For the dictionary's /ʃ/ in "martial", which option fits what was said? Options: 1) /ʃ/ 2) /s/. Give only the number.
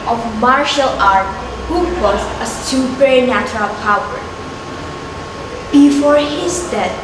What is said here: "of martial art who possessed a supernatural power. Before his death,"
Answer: 1